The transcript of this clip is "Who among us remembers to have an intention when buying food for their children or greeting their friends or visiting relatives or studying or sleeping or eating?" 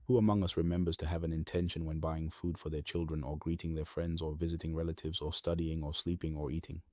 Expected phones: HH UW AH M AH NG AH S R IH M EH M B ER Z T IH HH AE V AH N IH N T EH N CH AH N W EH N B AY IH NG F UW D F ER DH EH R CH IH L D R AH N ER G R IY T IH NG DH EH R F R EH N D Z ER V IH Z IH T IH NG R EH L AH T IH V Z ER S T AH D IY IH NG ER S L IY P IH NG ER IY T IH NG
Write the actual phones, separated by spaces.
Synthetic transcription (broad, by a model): HH UW AH M AH NG AH S R IH M EH M B ER Z T IH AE V AH N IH N T EH N SH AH N W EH N B AY IH NG F UW D F ER DH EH R CH IH L D R AH N ER G R IY T IH NG DH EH R F R EH N D Z ER V IH Z IH T IH NG R EH L AH T IH V Z ER S T AH D IY IH NG ER S L IY P IH NG ER IY T IH NG